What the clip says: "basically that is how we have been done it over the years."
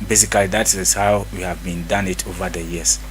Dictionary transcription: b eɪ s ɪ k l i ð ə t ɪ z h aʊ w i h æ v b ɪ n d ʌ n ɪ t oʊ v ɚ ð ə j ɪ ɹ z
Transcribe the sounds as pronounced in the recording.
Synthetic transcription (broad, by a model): b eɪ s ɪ k l i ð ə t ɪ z h aʊ w i h æ v b ɪ n d ʌ n ɪ t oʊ v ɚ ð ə j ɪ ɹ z